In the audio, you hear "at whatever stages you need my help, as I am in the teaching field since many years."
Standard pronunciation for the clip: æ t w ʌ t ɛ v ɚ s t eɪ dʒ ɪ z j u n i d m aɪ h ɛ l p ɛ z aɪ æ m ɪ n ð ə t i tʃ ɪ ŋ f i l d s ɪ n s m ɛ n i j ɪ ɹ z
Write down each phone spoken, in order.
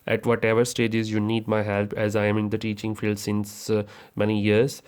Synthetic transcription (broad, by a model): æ t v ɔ t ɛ v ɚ s t eɪ dʒ ɪ z j u n i d m aɪ h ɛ l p ɛ z aɪ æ m ɪ n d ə t i tʃ ɪ ŋ f i l d s ɪ n s m ɛ n i j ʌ ɹ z